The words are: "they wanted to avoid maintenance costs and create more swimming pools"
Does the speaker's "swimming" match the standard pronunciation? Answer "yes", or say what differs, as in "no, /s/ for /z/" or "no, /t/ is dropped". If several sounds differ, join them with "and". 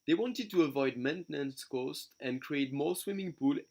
yes